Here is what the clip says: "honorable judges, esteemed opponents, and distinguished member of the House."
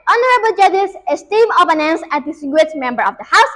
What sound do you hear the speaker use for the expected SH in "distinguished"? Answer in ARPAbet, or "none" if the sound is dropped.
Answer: none